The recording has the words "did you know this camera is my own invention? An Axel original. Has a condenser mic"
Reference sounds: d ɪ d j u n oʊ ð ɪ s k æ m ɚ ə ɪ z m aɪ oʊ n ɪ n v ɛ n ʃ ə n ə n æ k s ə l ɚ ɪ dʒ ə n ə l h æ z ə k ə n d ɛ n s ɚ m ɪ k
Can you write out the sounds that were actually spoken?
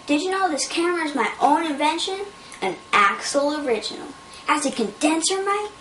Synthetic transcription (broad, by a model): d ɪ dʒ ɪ n oʊ ð ɪ s k æ m ɚ ə ɪ z m aɪ oʊ n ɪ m v ɛ n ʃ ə n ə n æ k s l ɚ ɪ dʒ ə n l h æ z ə k ə n d ɛ n s ɚ m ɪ